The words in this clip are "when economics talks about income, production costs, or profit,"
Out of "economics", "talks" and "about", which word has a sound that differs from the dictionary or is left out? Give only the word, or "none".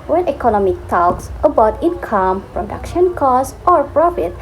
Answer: economics